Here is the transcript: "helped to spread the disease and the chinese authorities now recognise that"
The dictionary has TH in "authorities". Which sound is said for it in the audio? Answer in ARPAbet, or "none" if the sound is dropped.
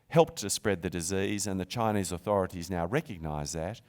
TH